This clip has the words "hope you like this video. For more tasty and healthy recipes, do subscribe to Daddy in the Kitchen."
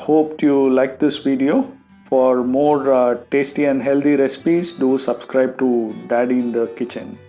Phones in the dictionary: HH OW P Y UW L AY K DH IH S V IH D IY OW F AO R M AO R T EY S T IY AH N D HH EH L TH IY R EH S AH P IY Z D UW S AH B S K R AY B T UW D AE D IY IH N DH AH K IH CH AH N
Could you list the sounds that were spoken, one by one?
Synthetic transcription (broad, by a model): HH OW P Y UW L AY K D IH S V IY D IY OW F AO R M AO R T EY S T IY AH N D HH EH L T IY R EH S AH P IY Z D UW S AH B S K R AY B T UW D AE D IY IH N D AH K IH CH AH N